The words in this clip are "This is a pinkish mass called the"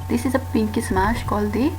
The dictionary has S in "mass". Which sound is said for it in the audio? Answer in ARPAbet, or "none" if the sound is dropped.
SH